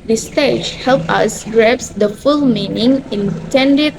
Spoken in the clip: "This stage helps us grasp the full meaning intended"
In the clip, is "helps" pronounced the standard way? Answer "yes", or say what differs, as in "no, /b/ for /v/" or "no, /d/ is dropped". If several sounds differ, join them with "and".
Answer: no, /s/ is dropped